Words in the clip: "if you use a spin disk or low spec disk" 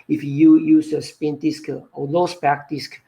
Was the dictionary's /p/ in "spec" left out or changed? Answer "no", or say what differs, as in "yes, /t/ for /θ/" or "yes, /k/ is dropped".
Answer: yes, /b/ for /p/